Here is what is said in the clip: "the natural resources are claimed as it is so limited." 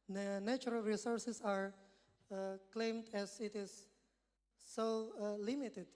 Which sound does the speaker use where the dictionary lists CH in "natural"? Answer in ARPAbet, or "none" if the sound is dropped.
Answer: none